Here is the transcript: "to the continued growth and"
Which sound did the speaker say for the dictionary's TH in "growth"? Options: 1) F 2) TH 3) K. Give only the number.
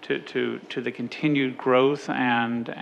2